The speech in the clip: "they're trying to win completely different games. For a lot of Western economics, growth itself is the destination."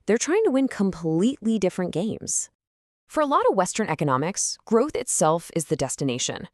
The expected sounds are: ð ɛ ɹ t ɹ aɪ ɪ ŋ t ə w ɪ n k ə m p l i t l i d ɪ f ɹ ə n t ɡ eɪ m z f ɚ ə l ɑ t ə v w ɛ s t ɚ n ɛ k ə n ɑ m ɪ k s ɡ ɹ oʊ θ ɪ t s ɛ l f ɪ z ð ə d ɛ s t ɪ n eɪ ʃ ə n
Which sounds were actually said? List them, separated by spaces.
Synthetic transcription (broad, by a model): ð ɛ ɹ t ɹ aɪ ɪ ŋ t ə w ɪ n k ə m p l i t l i d ɪ f ɹ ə n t ɡ eɪ m z f ɚ ə l ɑ t ə v w ɛ s t ɚ n ɛ k ə n ɑ m ɪ k s ɡ ɹ oʊ θ ɪ t s ɛ l f ɪ z ð ə d ɛ s t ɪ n eɪ ʃ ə n